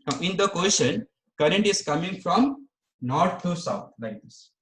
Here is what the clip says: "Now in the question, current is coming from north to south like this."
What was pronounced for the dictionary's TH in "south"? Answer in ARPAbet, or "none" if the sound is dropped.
T